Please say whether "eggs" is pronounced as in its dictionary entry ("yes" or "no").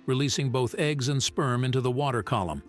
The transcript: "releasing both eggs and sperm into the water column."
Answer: yes